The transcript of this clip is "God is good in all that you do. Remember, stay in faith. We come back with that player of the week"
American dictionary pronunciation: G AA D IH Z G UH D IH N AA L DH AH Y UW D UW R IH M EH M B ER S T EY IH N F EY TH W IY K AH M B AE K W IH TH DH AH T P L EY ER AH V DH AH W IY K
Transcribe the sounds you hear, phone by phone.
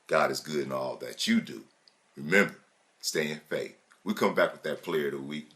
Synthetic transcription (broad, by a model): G AA D IH Z G UH D IH N AA L DH AH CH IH D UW R IH M EH M B ER S T EY IH N F EY TH W IY K AH M B AE K W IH DH AH T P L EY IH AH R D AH W IY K